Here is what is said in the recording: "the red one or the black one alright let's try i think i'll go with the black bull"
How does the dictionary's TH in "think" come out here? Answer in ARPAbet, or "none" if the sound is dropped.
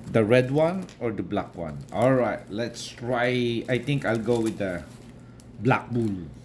T